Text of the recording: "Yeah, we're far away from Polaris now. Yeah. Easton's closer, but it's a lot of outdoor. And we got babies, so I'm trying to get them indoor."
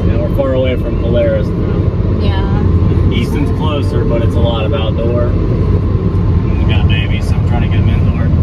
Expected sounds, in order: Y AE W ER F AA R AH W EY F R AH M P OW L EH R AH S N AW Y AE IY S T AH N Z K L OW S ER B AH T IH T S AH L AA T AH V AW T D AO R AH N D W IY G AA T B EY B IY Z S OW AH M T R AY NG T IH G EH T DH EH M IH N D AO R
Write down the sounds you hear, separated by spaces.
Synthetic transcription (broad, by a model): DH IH W ER F AA R AH W EY F R AH M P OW L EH R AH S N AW Y AE IY S T AH N Z K L OW S ER B AH T IH T S AH L AA T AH B AW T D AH R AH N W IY G AA T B EY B IY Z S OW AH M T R AY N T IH G EH T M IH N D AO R